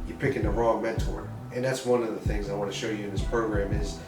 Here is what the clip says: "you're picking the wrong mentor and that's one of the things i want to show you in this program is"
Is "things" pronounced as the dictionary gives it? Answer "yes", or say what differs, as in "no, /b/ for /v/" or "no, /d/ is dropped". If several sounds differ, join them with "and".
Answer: yes